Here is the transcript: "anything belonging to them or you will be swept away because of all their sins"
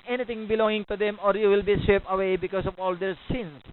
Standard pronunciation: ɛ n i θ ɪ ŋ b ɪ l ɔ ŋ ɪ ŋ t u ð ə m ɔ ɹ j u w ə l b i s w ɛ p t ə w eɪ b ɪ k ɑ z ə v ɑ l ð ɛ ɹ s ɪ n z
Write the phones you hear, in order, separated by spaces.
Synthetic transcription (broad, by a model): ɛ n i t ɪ ŋ b ɪ l ɔ ŋ ɪ ŋ t u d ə m ɔ ɹ j u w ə l b i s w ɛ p ə w eɪ b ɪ k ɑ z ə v ɑ l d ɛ ɹ s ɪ n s